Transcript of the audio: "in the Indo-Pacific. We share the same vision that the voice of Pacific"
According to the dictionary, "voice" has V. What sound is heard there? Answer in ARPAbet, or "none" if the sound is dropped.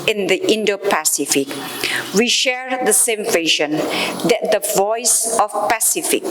V